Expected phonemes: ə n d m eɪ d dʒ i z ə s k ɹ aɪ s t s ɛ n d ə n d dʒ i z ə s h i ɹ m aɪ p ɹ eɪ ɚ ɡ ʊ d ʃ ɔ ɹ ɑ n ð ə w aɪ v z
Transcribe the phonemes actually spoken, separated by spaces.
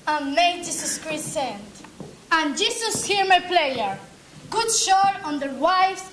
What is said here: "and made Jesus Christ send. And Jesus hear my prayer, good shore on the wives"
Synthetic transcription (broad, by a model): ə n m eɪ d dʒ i s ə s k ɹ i t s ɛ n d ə n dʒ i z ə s h i ɹ m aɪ p l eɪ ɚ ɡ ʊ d ʃ ɔ ɹ ɑ n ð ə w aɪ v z